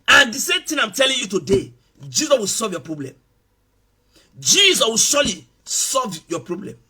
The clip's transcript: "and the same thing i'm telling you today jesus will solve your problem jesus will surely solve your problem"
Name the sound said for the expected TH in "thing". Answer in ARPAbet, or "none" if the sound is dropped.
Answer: T